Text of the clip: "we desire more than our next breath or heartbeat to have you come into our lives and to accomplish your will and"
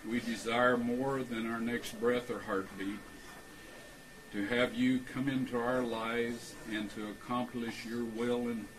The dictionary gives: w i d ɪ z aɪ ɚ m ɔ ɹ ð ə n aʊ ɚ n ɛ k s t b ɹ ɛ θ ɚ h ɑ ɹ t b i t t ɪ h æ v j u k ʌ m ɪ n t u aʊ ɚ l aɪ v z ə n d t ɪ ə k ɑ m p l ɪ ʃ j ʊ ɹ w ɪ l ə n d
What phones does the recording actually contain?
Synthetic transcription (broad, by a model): w i d ɪ z aɪ ɚ m ɔ ɹ ð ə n aʊ ɚ n ɛ k s t b ɹ ɛ θ ɚ h ɑ ɹ t b i t t ɪ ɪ v j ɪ k ʌ m ɪ n t u aʊ ɚ l aɪ v z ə n t ɪ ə k ɑ m p l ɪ ʃ j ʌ ɹ w ɪ l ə n